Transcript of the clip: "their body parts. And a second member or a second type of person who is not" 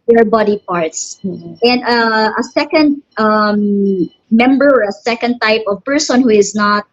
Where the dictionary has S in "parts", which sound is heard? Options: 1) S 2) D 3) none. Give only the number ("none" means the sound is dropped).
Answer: 1